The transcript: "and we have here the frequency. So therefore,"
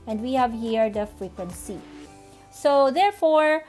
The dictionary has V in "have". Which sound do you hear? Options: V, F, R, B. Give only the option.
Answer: V